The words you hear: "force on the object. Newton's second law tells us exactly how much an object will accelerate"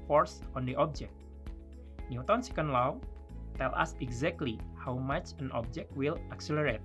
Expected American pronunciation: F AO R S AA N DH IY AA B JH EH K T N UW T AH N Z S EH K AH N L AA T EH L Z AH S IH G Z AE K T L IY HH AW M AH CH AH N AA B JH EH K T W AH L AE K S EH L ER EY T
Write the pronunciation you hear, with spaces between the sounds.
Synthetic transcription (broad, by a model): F AO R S AA N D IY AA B JH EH K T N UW T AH N S EH K AH N L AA T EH L AH S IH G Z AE K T L IY HH AW M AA CH AH N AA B JH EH K T W AH L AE K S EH L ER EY T